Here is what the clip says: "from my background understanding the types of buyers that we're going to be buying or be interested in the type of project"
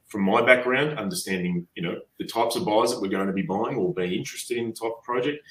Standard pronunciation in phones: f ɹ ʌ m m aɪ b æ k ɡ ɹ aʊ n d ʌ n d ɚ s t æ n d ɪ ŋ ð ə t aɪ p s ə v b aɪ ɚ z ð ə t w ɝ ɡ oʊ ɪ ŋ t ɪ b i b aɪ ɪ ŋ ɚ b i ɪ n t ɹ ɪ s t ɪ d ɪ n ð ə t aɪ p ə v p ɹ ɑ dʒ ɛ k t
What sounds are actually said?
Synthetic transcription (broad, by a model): f ɹ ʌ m m aɪ b æ k ɡ ɹ aʊ n d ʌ n d ɚ s t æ n d ɪ ŋ ð ə t aɪ p s ə v b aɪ z ð ə t w ɝ ɡ oʊ ɪ ŋ t ɪ b i b aɪ ɪ ŋ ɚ b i ɪ n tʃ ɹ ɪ s t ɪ d ɪ n ð ə t aɪ p ə v p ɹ ɑ dʒ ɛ k t